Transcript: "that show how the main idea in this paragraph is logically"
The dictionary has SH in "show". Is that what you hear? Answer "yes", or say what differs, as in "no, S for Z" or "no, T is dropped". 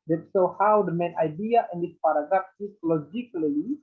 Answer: no, S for SH